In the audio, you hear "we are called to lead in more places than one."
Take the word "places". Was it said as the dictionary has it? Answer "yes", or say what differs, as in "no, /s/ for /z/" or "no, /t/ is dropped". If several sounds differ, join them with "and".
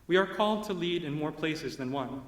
yes